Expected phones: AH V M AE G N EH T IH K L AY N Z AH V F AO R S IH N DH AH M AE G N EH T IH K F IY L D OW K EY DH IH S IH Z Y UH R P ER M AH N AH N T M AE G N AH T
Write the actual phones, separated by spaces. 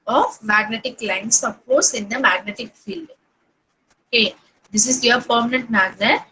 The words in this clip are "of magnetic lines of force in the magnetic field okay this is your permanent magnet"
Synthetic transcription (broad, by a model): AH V M AE G N EH T IH K L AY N S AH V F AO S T IH N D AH M AE G N EH T IH K F IY L D OW K EY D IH S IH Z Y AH R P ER M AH N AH N T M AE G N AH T